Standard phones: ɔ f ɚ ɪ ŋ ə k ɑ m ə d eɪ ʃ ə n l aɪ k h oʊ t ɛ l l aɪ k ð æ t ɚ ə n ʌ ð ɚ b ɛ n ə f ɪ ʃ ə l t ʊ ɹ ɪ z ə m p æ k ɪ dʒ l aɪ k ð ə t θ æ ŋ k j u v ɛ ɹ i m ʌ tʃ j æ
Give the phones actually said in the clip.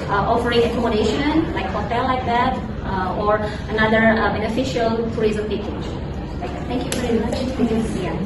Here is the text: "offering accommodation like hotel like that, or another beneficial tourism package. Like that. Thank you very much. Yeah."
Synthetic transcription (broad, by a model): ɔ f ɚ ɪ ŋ ə k ɑ m ə d eɪ ʃ ə n l aɪ k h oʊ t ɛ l l aɪ k ð æ t ɚ ə n ʌ ð ɚ b ɛ n ə f ɪ ʃ ə l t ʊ ɹ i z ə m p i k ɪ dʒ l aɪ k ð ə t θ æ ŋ k j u v ɛ ɹ i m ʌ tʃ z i